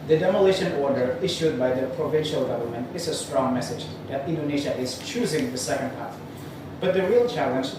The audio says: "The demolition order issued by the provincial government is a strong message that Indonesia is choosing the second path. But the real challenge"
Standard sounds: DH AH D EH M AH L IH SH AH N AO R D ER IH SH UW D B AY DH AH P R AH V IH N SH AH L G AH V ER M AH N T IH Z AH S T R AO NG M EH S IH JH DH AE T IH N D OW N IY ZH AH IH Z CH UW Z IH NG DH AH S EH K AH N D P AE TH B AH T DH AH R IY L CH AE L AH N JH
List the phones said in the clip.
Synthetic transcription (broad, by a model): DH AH D EH M AH L IH SH AH N AO R D ER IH SH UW D B AY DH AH P R AH V IH N SH AH L G AH V ER M AH N T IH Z AH S T R AO NG M EH S IH JH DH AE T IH N D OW N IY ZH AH IH Z CH UW Z IH NG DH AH S EH K AH N D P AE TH B AH T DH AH R IY L CH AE L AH N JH